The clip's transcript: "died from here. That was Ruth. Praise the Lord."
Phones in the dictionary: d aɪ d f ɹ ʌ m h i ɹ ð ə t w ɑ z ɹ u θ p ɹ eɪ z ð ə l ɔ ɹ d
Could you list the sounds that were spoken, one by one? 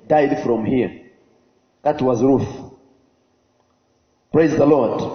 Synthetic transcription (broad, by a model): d aɪ d f ɹ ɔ m h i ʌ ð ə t w ɑ z ɹ u θ p ɹ eɪ z ð ə l ɔ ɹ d